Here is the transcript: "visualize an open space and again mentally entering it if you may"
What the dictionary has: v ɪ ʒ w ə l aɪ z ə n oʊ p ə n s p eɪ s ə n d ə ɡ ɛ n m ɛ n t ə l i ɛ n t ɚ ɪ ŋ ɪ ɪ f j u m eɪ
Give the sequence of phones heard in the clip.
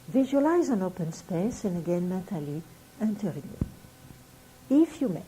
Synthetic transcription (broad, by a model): v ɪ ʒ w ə l aɪ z ə n oʊ p ə n s p eɪ s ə n ə ɡ ɛ n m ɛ t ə l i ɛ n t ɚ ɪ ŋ ɪ ɪ f j u m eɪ